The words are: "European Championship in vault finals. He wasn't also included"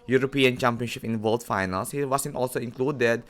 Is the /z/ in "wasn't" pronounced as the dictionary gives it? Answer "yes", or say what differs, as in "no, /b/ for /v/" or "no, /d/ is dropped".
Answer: no, /s/ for /z/